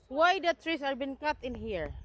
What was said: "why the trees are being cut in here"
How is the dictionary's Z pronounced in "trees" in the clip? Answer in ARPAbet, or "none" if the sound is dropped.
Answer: S